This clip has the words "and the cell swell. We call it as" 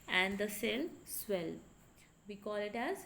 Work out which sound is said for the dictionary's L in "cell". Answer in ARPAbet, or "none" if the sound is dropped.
L